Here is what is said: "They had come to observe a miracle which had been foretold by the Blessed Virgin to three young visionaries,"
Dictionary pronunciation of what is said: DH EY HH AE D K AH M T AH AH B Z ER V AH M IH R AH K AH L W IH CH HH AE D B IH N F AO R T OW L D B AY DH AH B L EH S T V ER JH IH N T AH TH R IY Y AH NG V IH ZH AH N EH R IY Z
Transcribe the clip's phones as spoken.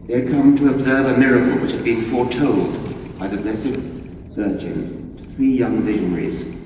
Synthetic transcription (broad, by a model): DH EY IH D K AH M T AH AH B Z ER V AH M IH R AH K AH L W IH CH HH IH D B IH N F AO R T OW L D B AY DH AH B L EH S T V ER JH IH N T TH R IY Y AH NG V IH ZH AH N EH R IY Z